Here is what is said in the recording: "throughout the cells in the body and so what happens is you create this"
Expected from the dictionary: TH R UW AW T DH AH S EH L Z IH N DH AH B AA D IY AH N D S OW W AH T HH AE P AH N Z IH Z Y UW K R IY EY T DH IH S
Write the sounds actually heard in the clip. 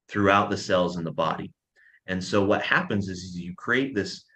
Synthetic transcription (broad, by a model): TH R UW AW T DH AH S EH L Z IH N DH AH B AA D IY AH N S OW W AH T HH AE P AH N Z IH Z Y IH K R IY EY T DH IH S